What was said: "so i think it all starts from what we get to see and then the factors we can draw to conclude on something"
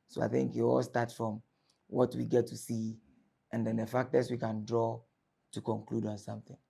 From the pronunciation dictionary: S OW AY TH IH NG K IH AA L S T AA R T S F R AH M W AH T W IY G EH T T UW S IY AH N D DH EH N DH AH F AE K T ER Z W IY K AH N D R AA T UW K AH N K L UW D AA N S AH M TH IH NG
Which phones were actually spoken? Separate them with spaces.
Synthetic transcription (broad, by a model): S OW AY TH IH NG K IH AA L S T AA T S F R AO M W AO T W IY G EH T T UW S IY AH N D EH N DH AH F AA K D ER S W IY K AH N D R AA T UW K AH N K L UW D AA N S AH M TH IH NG